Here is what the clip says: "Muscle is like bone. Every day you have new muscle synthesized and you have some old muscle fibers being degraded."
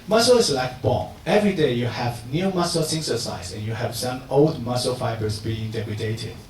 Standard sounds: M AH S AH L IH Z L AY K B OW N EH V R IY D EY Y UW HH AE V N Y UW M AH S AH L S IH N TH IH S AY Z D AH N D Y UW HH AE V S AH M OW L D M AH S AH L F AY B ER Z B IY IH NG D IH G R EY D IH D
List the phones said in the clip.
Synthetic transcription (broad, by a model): M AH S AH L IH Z L AY K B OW EH V R IY D EY Y UW HH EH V N Y UW M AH S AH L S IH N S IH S AY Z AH N Y UW HH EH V S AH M OW L D M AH S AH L F AY B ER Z B IY IH NG D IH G R EY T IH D